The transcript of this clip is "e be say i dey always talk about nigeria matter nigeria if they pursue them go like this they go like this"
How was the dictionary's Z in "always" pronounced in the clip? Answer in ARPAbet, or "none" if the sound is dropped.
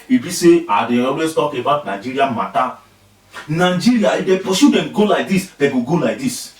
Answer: S